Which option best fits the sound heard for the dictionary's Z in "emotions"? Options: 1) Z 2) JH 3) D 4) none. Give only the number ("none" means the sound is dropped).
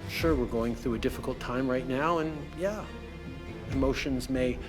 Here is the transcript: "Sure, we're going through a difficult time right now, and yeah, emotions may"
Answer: 1